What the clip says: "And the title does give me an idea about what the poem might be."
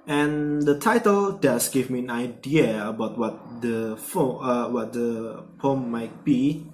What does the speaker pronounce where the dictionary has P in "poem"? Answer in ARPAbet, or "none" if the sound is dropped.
F